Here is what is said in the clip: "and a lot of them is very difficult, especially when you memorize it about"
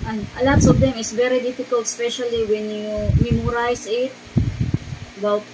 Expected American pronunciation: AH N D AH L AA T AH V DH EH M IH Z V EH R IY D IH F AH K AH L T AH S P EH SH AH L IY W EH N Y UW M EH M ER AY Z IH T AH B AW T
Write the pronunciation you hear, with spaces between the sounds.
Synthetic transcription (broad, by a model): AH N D AH L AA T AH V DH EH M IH S V EH R IY D IH F AH K AH L T S P EH SH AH L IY W EH N Y UW M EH M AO AY S IH T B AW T